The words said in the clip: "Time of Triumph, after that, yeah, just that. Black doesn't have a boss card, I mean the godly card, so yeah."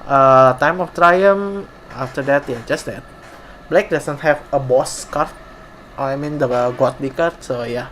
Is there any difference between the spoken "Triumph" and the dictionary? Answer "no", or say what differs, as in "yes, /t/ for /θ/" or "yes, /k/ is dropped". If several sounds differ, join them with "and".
yes, /f/ is dropped